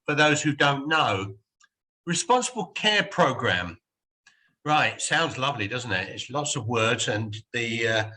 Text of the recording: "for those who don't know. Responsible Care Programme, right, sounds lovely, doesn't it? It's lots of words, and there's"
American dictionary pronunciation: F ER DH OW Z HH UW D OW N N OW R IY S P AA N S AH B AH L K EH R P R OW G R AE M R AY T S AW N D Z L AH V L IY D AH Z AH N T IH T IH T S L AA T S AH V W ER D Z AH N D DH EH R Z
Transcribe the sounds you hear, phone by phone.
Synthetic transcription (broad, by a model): F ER DH OW Z HH UW D OW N N OW R IY S P AA N S AH B AH L K EH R P R OW G R AE M R AY T S AW N D Z L AH V L IY D AH Z N T IH T IH T S L AA T S AH V W ER D Z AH N DH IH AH